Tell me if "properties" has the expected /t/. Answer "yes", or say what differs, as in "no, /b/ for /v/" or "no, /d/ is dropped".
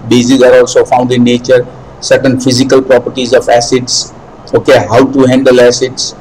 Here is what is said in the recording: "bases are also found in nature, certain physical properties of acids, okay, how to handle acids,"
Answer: yes